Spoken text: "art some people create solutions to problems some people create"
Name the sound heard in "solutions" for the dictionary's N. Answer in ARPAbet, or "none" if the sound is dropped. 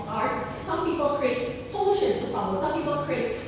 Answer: none